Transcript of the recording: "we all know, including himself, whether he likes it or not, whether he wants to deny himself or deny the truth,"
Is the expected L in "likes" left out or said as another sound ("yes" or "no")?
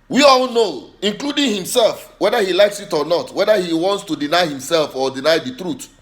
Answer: no